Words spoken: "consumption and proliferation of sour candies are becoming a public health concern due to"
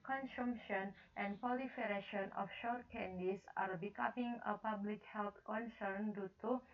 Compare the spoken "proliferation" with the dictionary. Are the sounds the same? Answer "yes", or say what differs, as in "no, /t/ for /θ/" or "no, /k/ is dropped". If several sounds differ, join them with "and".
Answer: no, /ɹ/ is dropped